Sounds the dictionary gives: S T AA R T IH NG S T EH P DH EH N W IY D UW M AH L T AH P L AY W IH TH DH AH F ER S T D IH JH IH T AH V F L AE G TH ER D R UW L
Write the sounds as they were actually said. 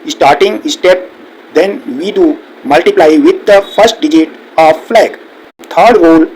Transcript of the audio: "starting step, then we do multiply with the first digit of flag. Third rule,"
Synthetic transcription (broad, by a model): S T AA R T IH NG S T EH P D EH N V IY D UW M AH L T AH P L AY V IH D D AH F ER S T D IH JH IH T AH V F L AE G T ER D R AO L